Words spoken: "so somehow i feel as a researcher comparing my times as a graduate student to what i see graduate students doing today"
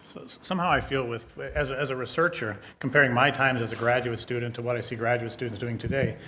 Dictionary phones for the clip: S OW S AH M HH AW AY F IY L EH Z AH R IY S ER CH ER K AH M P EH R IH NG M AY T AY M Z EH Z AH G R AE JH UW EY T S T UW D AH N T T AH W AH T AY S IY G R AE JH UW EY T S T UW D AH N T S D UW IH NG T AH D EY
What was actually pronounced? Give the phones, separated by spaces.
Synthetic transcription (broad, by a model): S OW S AH M HH AW AY F IY L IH Z AH R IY S ER CH ER K M P EH R IH NG M AY T AY M Z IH Z AH G R AE JH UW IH T S T UW D N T T AH W AH T AY S IY G R AE JH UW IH T S T UW D N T S D UW IH NG T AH D EY